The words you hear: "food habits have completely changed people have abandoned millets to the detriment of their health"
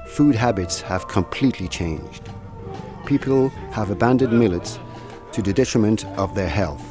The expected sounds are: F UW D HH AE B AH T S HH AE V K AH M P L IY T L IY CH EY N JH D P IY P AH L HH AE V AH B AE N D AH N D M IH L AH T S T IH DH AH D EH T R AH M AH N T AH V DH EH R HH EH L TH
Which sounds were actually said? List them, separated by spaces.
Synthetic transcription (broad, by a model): F UW D HH AE B AH T S HH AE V K AH M P L IY T L IY CH EY N JH D P IY P L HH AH V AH B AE N D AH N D M IH L AH T S T IH DH AH D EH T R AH M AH N T AH V DH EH R HH EH L TH